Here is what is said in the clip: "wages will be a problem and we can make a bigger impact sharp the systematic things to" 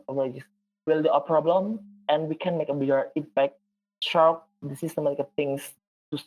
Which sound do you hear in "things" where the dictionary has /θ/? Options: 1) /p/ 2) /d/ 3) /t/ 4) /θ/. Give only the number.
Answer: 3